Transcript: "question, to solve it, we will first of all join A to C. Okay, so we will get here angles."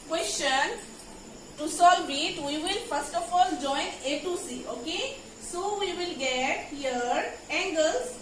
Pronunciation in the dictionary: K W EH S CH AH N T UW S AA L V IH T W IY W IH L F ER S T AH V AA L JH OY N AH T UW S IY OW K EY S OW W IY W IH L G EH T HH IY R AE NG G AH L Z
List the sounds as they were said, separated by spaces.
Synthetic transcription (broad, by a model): K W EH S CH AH N T UW S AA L B IH T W IY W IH L F ER S T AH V AA L JH OY N AH T UW S IY OW K EY S OW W IY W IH L G EH T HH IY R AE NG G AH L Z